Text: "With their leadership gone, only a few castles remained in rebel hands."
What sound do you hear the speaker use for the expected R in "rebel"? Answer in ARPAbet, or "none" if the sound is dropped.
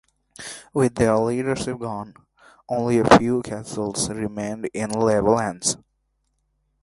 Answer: L